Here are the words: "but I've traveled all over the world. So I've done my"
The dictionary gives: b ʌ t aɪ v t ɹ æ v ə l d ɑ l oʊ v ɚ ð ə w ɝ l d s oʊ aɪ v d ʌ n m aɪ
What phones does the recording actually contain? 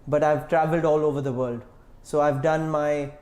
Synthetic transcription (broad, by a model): b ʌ t aɪ v t ɹ æ v ə l d ɑ l oʊ v ɚ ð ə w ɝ l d s oʊ aɪ v d ʌ n m aɪ